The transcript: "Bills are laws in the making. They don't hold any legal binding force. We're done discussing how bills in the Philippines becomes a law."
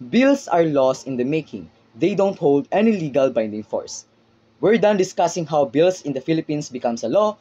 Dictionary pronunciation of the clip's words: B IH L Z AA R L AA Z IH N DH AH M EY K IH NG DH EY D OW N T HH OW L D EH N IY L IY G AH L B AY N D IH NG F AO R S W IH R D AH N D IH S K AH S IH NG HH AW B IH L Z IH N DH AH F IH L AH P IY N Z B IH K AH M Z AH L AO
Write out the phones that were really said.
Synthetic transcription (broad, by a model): B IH L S AA R L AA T IH N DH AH M EY K IH NG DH EY D OW N T HH OW L D EH N IY L IY G AH L B AY N D IH NG F AO R S W IH R D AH N D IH S K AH S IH NG HH AW B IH L S IH N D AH F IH L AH P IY N S B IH K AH M S AH L AO